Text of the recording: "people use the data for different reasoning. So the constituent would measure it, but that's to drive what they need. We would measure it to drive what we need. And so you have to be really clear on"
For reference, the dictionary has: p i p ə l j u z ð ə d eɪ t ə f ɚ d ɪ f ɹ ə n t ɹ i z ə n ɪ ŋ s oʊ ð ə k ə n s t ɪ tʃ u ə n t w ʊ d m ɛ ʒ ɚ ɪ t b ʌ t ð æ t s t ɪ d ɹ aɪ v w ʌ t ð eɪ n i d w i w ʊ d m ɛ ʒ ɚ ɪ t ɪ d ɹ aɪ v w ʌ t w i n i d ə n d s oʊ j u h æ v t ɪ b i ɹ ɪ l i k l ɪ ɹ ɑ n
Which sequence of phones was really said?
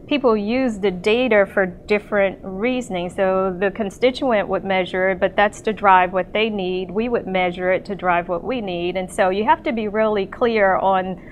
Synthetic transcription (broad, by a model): p i p l j u z ð ə d eɪ t ə f ɚ d ɪ f ɹ ə n t ɹ i z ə n ɪ ŋ s oʊ ð ə k ə n s t ɪ tʃ u ə n t w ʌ d m ɛ ʒ ɚ ɪ t b ʌ t ð æ t s t ɪ d ɹ aɪ v w ʌ t ð eɪ n i d w i w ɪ d m ɛ ʒ ɚ ɪ t ɪ d ɹ aɪ v w ʌ t w i n i d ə n s oʊ j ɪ h æ f t ɪ b i ɹ ɪ l i k l ɪ ɹ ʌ n